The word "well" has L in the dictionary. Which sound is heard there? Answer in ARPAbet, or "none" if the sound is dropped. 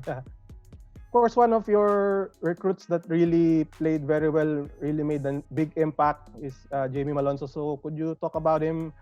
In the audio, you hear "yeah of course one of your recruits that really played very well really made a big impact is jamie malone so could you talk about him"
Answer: L